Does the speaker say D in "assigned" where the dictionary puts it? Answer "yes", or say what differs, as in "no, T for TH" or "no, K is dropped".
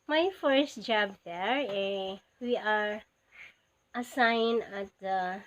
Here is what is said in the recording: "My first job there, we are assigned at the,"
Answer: no, D is dropped